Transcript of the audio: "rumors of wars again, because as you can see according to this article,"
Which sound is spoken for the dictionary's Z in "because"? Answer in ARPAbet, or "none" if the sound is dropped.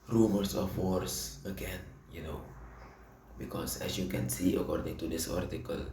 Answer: S